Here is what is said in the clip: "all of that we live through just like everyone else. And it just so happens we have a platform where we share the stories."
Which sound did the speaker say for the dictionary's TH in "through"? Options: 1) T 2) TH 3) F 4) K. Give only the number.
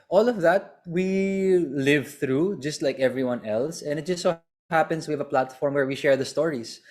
2